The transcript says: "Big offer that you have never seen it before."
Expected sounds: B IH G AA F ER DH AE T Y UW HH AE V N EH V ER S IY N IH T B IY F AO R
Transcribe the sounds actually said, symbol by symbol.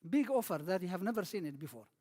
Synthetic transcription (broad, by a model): B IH G AA F ER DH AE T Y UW HH AE V N EH V ER S IY N IH T B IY F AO R